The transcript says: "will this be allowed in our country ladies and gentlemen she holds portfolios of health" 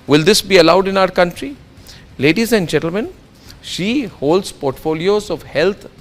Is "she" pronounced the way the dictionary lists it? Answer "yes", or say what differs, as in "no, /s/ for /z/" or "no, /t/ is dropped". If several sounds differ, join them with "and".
yes